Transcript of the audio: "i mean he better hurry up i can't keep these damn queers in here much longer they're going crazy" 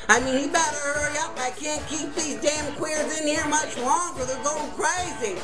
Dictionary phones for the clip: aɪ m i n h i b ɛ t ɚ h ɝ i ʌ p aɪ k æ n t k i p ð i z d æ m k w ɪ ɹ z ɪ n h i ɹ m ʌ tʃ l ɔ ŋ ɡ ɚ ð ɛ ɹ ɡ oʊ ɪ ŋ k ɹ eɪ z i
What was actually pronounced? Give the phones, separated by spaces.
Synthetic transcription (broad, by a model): aɪ m i n h i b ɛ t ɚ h ɝ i ʌ p aɪ k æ n k i p ð i z d æ m k w ɪ ɹ z ɪ n h i ɹ m ʌ tʃ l ɔ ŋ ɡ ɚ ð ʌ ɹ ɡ oʊ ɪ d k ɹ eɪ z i